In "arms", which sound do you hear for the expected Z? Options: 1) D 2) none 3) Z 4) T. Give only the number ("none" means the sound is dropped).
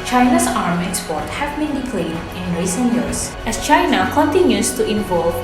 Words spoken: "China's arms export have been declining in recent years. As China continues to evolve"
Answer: 2